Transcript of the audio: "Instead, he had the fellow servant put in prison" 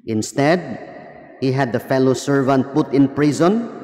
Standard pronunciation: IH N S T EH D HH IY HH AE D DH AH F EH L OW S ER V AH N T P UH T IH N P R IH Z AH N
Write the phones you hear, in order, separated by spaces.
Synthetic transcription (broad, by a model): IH N S T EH D HH IY HH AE D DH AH F EH L OW S ER V AH N T P UH T IH N P R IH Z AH N